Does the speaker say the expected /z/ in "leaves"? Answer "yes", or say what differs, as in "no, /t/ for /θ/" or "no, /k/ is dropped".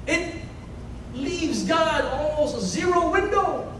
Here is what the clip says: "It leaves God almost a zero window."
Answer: yes